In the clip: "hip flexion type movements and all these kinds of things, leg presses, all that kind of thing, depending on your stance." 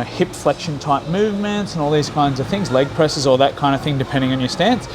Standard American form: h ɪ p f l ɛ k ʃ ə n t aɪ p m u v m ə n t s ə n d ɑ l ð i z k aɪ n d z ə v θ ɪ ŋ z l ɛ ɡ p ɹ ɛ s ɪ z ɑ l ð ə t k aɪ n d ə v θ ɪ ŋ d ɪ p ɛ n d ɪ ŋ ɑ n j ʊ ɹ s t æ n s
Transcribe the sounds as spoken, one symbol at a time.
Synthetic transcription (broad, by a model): h ɪ p f l ɛ k ʃ ə n t aɪ p m u v m ə n t s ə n ɑ l ð i z k aɪ n d z ə v θ ɪ ŋ z l ɛ ɡ p ɹ ɛ s ɪ z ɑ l ð ə t k aɪ n d ə v θ ɪ ŋ d ɪ p ɛ n d ɪ ŋ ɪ n j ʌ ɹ s t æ n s